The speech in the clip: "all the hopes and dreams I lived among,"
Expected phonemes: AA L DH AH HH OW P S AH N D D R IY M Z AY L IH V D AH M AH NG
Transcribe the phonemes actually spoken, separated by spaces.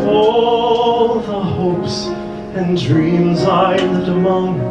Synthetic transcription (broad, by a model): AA L DH AH HH OW P S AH N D D R IY M Z AY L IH D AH M AH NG